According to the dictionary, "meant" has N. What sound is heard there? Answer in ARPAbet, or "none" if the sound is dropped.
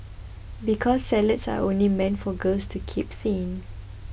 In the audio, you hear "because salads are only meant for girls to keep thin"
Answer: N